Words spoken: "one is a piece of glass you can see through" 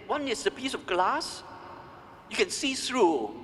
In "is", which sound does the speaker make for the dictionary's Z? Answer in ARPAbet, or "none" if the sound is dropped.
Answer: S